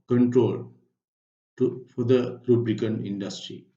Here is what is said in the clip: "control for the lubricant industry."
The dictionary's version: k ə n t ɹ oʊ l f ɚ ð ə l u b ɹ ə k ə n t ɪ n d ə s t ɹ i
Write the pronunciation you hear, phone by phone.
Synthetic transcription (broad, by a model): k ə n t ɹ oʊ l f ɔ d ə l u b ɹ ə k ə n ɪ n d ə s t ɹ i